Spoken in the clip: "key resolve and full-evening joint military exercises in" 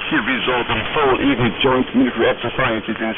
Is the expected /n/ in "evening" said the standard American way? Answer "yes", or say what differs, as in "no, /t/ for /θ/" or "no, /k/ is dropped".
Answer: no, /n/ is dropped